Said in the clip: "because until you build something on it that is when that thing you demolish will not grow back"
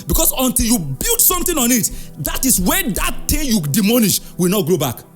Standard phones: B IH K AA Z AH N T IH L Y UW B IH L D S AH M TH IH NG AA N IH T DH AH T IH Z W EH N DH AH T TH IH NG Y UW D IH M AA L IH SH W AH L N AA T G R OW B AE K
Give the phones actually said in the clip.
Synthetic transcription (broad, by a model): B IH K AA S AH N T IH L Y UW B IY L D S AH M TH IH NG AA N IH T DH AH T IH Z W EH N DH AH T T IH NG Y UW D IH M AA N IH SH W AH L N AA T G R OW B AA K